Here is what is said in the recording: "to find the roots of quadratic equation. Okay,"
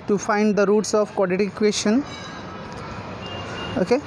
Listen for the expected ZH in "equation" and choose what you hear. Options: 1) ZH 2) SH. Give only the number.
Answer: 2